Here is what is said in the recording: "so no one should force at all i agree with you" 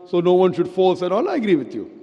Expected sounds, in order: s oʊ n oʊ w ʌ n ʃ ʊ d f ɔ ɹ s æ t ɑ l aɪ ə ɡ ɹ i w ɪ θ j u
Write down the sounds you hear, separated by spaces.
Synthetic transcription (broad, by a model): s oʊ n oʊ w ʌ n ʃ ʊ d f ɔ l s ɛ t ɑ l aɪ ə ɡ ɹ i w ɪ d j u